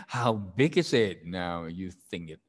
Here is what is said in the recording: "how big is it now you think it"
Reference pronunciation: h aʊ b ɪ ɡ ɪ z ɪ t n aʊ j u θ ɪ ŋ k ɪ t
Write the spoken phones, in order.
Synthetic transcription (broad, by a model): h aʊ b ɪ ɡ ɪ z ɪ t n aʊ j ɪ θ ɪ ŋ k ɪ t